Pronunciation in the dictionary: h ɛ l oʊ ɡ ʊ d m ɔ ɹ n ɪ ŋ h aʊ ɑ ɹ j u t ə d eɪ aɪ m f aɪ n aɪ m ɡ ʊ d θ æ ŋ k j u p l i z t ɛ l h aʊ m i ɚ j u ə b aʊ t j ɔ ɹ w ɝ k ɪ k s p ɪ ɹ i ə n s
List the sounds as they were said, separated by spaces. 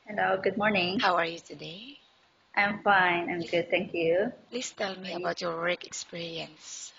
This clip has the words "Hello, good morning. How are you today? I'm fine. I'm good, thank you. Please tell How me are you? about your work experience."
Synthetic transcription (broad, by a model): h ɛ l oʊ ɡ ʊ d m ɔ ɹ n ɪ ŋ h aʊ ɑ ɹ j u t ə d eɪ aɪ m f aɪ n aɪ m ɡ ʊ d t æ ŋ k j u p l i s t ɛ l m i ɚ ə b aʊ t j ɔ ɹ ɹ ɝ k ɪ k s p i ɹ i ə n s